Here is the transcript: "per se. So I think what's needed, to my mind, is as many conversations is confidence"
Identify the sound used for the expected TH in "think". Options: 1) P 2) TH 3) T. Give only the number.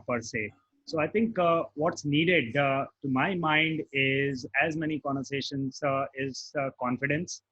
3